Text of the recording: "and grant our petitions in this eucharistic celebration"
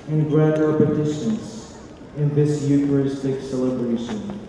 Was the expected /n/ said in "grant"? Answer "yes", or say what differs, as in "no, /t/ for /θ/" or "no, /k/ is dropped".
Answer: no, /n/ is dropped